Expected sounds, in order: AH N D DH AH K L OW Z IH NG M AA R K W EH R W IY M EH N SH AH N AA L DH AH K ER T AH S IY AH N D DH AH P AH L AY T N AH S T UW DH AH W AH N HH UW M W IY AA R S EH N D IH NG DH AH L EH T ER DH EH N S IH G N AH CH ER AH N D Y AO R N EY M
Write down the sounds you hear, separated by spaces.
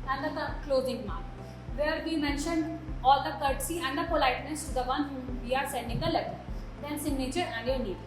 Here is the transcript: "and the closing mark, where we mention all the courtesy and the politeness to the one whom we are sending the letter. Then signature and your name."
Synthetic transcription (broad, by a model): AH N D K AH K L OW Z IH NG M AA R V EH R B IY M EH N SH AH N AA L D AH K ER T S IY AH N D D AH P AH L AY T N AH S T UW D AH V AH N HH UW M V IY AA R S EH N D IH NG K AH L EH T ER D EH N S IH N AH CH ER AH N D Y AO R N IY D